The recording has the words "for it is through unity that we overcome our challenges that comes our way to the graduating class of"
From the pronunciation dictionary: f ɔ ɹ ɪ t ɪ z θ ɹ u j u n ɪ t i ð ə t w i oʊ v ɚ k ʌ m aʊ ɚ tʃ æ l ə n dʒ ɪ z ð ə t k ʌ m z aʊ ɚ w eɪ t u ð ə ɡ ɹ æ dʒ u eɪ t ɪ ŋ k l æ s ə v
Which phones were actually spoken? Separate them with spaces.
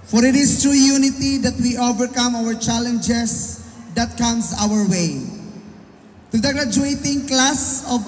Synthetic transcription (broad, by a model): f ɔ ɹ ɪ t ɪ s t ɹ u j u n ɪ t i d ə t w i oʊ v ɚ k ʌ m aʊ ɚ tʃ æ l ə n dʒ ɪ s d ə t k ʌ m s aʊ ɚ w eɪ t u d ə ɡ ɹ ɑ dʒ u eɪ t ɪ ŋ k l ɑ s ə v